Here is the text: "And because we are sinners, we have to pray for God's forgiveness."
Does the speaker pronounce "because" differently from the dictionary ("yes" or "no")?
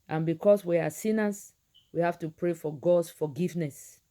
yes